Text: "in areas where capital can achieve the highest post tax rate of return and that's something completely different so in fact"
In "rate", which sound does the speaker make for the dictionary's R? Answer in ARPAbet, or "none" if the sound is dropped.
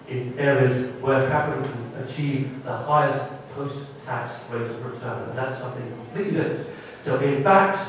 W